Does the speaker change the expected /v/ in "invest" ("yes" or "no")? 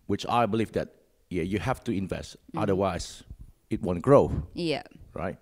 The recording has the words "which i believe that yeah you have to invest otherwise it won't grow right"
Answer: no